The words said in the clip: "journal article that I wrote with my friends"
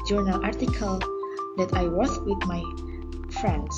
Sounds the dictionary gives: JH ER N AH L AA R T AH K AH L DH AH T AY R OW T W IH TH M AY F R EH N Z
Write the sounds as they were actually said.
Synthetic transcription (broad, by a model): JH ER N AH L AA R T AH K AH L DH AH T AY W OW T W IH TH M AY F R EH N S